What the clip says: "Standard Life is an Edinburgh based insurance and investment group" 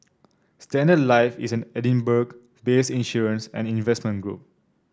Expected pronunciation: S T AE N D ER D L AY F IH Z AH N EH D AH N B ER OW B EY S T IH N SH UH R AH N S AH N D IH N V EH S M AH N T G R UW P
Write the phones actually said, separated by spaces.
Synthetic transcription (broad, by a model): S T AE N D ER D L AY F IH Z AH N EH D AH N B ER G B EY S IH N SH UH R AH N S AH N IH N V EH S M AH N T G R UW P